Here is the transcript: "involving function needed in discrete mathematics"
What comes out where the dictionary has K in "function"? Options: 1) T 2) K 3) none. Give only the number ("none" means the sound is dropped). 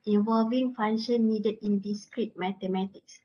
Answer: 3